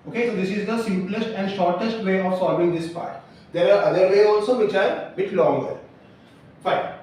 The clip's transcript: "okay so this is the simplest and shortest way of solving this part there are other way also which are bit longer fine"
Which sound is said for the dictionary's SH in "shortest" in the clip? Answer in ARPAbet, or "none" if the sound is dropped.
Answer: SH